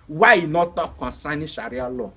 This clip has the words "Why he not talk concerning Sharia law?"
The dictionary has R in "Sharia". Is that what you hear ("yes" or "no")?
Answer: yes